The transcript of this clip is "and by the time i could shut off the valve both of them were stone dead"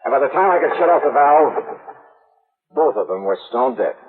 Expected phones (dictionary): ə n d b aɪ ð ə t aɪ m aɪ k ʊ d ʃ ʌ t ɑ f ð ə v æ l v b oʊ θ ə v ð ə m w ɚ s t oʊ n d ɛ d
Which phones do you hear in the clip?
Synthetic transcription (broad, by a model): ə n b aɪ ð ə t aɪ m aɪ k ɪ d ʃ ʌ t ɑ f ð ə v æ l b oʊ θ ə v ð ə m w ɚ s t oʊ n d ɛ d